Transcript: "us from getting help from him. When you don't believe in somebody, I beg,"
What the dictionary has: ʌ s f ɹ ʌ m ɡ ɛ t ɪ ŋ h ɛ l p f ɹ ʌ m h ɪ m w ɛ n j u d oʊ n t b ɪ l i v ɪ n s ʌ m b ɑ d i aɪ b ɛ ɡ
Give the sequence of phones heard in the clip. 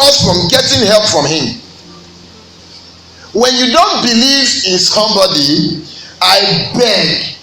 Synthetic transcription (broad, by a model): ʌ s f ɹ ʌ m ɡ ɛ t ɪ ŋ h ɛ l p f ɹ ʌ m h ɪ m w ɛ n j u d oʊ n t b ɪ l i v ɪ n s ʌ m b ɑ d i aɪ b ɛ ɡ